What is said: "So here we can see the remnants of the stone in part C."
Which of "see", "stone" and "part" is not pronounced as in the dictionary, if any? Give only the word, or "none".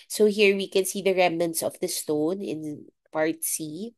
none